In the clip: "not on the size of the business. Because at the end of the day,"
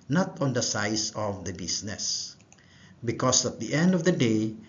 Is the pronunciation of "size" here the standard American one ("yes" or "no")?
no